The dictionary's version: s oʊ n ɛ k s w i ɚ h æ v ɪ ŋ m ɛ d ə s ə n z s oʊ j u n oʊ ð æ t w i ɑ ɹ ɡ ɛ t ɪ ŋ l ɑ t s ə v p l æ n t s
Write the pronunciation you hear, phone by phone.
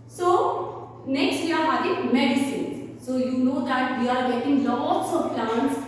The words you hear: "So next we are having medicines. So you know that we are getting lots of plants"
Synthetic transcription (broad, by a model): s oʊ n ɛ k s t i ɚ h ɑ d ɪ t m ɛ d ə s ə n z s oʊ j u n oʊ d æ t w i ɑ ɹ ɡ ɛ t ɪ ŋ l ɑ t s ə v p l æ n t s